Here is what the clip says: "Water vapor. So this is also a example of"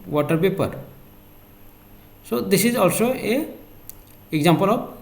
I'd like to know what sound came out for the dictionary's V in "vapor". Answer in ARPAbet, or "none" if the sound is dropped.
P